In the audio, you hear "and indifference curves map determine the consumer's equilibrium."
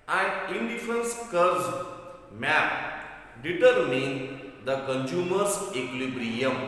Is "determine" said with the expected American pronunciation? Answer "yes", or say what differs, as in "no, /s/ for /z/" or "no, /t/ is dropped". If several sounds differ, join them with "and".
yes